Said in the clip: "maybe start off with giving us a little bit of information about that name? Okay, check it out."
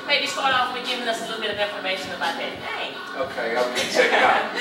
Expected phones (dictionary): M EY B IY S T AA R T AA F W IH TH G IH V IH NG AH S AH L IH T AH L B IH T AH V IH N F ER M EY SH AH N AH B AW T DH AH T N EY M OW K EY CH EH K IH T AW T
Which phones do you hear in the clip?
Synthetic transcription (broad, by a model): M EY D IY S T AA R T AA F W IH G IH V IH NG AH S AH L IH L B IH T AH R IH F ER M EY SH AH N AH B AW T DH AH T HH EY OW K EY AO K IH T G